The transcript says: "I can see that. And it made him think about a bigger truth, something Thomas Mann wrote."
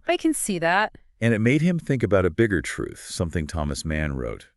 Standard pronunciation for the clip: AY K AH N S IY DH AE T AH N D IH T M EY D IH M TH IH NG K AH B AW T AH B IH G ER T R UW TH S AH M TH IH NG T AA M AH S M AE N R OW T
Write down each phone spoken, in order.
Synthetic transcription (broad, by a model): AY K AH N S IY DH AE T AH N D IH T M EY D IH M TH IH NG K AH B AW T AH B IH G ER T R UW TH S AH M TH IH NG T AA M AH S M AE N R OW T